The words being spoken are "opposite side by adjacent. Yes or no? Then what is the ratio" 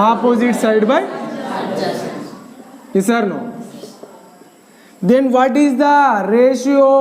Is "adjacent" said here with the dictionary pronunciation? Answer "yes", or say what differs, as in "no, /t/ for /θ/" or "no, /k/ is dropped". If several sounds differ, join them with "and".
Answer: no, /n/ is dropped